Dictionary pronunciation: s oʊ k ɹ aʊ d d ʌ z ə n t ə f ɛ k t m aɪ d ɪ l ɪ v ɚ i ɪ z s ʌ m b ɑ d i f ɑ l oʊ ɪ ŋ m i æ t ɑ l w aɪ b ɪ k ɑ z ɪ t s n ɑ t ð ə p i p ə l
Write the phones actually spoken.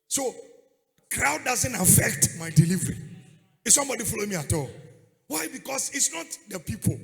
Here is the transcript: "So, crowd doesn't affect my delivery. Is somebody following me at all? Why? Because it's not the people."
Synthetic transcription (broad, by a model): s oʊ k ɹ aʊ d d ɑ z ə n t ə f ɛ k t m aɪ d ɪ l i v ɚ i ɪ s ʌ m b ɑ d i f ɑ l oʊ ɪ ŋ m i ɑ t ɑ l w aɪ b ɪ k ɑ s ɪ t s n ɑ t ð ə p i p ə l